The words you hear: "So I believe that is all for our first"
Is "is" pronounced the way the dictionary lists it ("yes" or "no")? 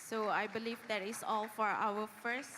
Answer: no